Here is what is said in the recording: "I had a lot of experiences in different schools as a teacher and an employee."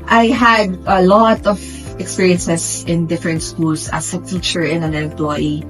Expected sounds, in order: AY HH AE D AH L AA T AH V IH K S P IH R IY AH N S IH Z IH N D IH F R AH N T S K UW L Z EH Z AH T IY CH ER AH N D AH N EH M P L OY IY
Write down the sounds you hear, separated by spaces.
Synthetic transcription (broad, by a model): AY HH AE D AH L AA T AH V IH K S P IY R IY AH N S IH S IH N D IH F R AH N T S K UW L S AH S AH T IY CH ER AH N AH N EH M P L OY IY